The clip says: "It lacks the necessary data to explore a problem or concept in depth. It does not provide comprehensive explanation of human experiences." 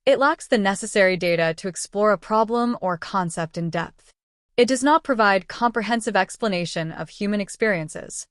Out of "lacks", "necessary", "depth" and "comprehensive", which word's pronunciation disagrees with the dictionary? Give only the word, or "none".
none